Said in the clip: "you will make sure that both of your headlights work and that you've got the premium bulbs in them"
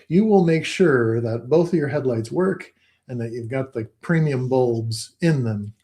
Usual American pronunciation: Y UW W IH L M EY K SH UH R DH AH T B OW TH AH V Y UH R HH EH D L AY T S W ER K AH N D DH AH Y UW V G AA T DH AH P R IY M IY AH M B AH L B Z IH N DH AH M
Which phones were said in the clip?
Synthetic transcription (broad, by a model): Y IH W IH L M EY K SH UH R DH AH T B OW TH AH V Y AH R HH EH D L AY T S W ER K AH N DH AH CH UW V G AA T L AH P R IY M IY AH M B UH L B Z IH N DH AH M